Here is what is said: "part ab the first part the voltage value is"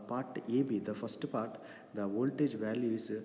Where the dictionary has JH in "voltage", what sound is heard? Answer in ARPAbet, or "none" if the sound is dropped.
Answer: JH